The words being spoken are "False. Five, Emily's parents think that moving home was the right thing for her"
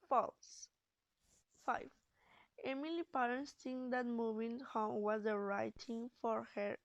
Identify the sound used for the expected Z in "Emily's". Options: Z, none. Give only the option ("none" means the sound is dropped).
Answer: none